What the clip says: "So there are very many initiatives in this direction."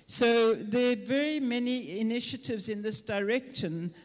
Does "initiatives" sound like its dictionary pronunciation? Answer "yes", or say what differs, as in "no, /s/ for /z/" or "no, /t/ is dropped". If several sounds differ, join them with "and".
yes